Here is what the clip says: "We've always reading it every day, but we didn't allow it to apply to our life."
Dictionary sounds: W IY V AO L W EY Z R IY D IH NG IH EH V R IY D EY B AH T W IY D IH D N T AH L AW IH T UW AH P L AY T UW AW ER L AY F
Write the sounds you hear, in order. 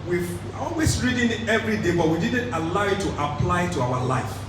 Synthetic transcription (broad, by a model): W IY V AO L W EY S R IY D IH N EH V R IY D EY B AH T W IY D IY D N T AH L AW IH T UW AH P L AY T UW AW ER L AY F